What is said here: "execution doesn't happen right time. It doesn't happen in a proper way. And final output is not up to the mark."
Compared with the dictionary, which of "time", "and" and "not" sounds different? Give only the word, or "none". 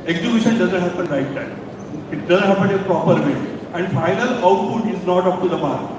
time